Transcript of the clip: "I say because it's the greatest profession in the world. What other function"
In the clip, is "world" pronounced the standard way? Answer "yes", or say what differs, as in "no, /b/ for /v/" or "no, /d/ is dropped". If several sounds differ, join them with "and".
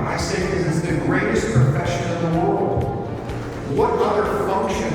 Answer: yes